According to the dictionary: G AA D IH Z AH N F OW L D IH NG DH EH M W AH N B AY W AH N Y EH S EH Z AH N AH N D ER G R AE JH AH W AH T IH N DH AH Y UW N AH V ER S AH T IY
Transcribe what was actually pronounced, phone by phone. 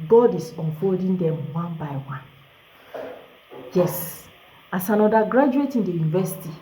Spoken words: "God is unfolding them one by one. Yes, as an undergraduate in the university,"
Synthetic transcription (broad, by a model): G AA D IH S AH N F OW D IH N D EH M W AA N B AY W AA N Y EH S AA S AH N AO D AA G R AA JH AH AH T IH N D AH Y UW N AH V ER S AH T IY